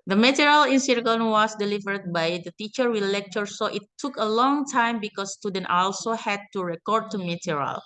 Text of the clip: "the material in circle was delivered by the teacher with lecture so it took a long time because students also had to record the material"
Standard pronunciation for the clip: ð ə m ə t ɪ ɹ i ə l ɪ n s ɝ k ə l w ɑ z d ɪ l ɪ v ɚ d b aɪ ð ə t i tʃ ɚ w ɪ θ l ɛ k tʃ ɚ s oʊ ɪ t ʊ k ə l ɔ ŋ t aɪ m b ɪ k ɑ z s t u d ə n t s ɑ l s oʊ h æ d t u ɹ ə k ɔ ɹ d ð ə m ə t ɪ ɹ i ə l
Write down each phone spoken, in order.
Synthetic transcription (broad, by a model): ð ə m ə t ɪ ɹ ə l ɪ n s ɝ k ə n w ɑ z d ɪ l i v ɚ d b aɪ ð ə t i tʃ ɚ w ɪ l ɛ k tʃ ɚ s oʊ ɪ t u k ə l ɔ ŋ t aɪ m b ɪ k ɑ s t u d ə n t ɑ l s oʊ h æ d t u ɹ ə k ɔ ɹ d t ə m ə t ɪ ɹ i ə l